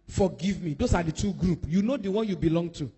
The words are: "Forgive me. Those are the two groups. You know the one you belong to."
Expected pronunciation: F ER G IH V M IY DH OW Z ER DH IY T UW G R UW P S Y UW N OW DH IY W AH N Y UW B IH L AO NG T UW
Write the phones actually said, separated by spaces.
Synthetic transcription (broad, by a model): F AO G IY V M IY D OW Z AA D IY T UW G R UW P Y UW N OW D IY W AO N Y UW B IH L AO NG T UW